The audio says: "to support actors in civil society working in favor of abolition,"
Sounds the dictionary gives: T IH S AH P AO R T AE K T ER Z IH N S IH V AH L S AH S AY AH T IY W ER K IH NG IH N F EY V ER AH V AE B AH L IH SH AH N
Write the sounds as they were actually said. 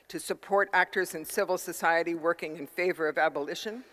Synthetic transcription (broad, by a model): T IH S AH P AO R T AE K T ER Z IH N S IH V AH L S AH S AY AH T IY W ER K IH NG IH N F EY V ER AH V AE B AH L IH SH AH N